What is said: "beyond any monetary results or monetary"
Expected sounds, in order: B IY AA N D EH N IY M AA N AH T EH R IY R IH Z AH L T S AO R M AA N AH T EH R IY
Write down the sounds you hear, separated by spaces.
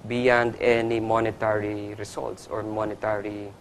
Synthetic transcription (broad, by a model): B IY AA N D EH N IY M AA N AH T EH R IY R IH S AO L T S AO R M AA N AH T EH R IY